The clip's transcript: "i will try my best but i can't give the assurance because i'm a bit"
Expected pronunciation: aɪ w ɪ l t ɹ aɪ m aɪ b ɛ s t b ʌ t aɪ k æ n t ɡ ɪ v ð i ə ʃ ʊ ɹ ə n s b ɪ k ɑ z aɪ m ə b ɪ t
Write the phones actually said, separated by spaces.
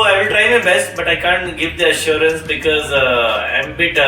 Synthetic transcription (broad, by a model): aɪ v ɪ l t ɹ aɪ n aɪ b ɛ s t b ʌ t aɪ k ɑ n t ɡ ɪ v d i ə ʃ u ɹ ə n s b ɪ k ɑ z aɪ m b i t